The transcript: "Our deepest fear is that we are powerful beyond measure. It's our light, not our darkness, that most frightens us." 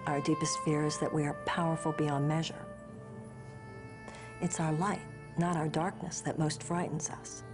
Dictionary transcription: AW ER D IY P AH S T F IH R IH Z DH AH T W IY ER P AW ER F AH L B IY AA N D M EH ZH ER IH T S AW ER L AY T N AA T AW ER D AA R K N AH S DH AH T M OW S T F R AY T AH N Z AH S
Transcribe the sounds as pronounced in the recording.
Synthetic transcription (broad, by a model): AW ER D IY P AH S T F IH R Z DH AH T W IY ER P AW ER F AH L B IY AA N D M EH ZH ER IH T S AW ER L AY T N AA T AW ER D AA R K N AH S DH AH T M OW S T F R AY T N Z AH S